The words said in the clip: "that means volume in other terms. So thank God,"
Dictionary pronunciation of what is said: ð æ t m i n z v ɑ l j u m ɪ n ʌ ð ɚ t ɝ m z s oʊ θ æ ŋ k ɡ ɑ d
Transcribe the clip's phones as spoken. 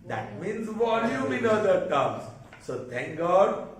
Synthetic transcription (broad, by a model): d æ t m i n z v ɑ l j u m ɪ n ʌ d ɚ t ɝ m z s oʊ t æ ŋ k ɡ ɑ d